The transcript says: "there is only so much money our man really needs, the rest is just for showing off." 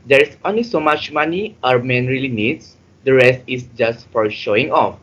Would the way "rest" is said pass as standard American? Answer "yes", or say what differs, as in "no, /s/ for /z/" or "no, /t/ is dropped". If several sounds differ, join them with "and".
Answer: yes